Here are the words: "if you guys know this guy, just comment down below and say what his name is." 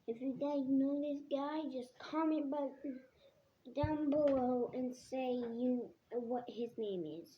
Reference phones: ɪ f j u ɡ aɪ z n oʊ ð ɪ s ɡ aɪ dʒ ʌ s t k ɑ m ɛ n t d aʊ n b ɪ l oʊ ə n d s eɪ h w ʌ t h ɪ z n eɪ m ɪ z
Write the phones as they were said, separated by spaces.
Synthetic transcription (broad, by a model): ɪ f j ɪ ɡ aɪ n oʊ ð ɪ s ɡ aɪ dʒ ʌ s k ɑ m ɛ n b d aʊ n b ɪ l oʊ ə n s eɪ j w ʌ t h ɪ z n eɪ m ɪ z